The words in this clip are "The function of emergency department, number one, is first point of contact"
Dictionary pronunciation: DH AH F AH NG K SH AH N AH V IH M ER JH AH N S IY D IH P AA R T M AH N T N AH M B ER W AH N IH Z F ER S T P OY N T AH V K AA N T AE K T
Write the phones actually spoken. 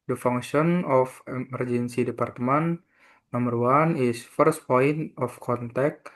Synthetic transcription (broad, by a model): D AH F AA NG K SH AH N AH F IH M ER JH AH N S IY D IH P AA R T M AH N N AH M ER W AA N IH S F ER S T P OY N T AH F K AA N T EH K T